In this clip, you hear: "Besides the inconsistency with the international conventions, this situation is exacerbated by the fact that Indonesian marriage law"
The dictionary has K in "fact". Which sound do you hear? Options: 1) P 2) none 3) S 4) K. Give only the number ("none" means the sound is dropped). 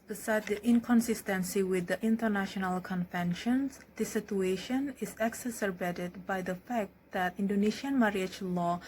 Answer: 4